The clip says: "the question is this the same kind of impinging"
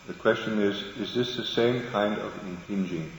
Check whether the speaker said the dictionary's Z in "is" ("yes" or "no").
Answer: yes